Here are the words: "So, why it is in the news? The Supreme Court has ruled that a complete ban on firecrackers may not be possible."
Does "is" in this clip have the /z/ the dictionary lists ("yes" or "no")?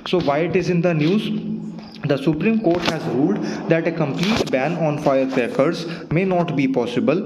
yes